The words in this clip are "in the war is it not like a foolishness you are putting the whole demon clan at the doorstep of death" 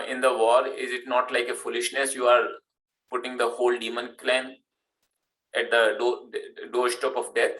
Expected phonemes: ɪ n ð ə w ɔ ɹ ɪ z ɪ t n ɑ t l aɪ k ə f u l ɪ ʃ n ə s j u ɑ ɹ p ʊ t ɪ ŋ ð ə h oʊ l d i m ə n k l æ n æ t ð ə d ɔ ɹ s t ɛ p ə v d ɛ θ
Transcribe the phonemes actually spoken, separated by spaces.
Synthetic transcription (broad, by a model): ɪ n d ə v ɔ ɹ ɪ z ɪ t n ɑ t l aɪ k ə f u l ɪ ʃ n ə s j u ɑ ɹ p ʊ t ɪ ŋ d ə h oʊ l d i m ə n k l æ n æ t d ə d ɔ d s t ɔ p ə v d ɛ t